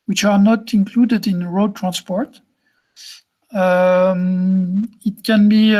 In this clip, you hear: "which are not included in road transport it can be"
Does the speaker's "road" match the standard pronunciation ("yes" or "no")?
yes